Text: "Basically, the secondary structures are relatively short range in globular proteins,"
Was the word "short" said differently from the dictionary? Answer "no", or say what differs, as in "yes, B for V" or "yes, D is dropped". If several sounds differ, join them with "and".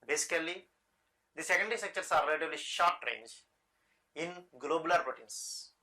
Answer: no